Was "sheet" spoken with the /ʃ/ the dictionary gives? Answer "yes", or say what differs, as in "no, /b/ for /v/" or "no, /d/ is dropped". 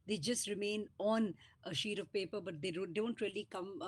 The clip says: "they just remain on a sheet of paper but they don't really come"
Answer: yes